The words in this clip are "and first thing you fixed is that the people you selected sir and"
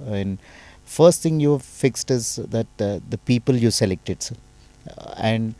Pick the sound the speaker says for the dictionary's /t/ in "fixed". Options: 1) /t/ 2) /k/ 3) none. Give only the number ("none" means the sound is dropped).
1